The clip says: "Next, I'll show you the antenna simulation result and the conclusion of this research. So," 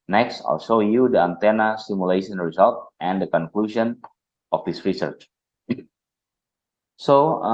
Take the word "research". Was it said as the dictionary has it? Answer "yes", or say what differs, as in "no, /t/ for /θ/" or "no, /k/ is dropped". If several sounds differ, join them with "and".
yes